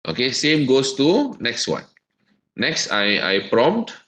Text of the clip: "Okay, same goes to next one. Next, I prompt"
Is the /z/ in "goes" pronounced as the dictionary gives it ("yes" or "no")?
no